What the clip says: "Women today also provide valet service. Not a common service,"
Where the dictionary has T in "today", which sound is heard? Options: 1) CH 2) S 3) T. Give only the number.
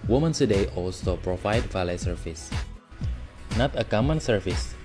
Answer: 2